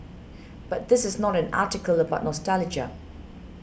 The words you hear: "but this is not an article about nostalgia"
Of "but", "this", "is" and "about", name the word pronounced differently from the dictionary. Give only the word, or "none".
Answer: none